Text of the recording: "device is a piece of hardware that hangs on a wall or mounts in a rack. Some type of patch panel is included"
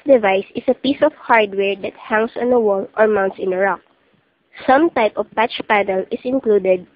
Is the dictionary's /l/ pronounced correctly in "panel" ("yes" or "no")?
yes